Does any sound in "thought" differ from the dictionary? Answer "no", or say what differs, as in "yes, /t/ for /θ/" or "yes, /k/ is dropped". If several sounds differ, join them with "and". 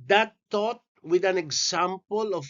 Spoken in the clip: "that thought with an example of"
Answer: yes, /t/ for /θ/